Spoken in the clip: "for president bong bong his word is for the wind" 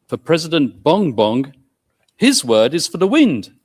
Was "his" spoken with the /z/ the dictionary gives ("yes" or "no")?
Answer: yes